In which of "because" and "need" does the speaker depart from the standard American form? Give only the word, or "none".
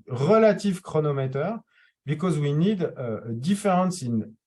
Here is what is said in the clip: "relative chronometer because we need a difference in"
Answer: none